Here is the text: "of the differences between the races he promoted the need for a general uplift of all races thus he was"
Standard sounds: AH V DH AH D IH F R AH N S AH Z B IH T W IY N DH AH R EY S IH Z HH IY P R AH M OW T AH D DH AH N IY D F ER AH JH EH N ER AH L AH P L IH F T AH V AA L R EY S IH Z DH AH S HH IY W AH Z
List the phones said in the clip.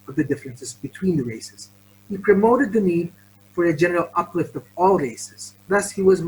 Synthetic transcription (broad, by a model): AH V DH AH D IH F R AH N S AH Z B IH T W IY N DH AH R EY S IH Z HH IY P R AH M OW T AH D DH AH N IY D F ER AH JH EH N ER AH L AH P L IH F T AH V AA L R EY S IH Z DH AH S HH IY W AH Z